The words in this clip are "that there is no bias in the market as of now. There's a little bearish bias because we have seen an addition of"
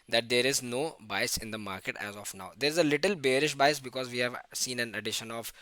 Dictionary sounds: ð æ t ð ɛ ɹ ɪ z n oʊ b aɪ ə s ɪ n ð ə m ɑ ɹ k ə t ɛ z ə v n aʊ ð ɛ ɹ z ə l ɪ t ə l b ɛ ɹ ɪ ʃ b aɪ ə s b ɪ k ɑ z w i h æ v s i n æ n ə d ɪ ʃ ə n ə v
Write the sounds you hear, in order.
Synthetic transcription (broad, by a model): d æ t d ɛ ɹ ɪ z n oʊ b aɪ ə s ɪ n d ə m ɑ ɹ k ə t ɛ z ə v n aʊ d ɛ ɹ z ə l ɪ t ə l b ɛ ɹ ɪ ʃ b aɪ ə s b ɪ k ɑ z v i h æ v s i n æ n ə d ɪ ʃ ə n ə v